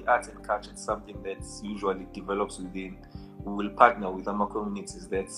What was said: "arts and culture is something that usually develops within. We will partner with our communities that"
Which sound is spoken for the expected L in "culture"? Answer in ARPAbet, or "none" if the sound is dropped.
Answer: none